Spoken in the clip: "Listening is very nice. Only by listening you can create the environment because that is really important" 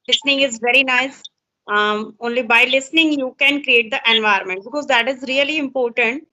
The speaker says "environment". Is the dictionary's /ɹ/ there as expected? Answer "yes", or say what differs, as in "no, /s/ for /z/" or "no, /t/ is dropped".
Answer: no, /ɹ/ is dropped